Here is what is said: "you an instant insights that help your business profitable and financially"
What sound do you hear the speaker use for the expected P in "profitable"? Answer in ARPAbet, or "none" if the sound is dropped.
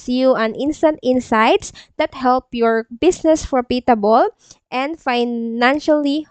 F